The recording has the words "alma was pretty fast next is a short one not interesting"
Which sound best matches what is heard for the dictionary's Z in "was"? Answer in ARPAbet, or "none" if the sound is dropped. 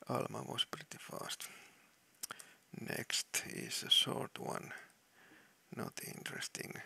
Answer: S